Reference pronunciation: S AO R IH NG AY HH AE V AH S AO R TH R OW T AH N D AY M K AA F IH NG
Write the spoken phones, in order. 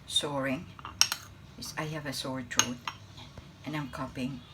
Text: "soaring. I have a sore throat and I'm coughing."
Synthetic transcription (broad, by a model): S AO R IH NG AY HH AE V AH S AO R T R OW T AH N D AY M K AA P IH NG